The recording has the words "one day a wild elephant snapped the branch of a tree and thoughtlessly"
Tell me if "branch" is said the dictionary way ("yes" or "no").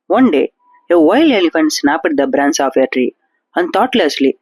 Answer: no